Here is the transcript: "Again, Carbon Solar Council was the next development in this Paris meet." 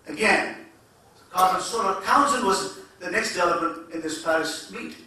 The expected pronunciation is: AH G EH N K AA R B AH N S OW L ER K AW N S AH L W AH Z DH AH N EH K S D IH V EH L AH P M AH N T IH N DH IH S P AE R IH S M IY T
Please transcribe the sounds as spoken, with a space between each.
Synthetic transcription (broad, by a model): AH G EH N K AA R AH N S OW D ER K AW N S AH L W AH Z DH AH N EH K S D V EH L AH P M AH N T IH N DH IH S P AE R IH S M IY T